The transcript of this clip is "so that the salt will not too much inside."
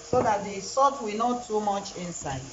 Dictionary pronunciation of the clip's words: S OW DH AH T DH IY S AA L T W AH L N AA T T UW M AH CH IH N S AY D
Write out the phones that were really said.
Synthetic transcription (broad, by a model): S OW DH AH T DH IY S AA T W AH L N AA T T UW M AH CH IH N S AY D